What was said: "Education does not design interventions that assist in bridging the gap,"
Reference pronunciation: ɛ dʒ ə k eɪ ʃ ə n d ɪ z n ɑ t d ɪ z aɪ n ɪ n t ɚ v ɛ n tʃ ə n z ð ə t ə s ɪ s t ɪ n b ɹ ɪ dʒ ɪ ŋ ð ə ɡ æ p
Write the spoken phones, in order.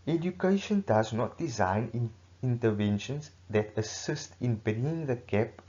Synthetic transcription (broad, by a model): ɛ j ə k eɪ ʃ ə n d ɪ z n ɑ t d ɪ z aɪ n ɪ n t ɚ v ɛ n ʃ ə n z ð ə t ə s ɪ s t ɪ n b ɛ ɪ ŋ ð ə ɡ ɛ p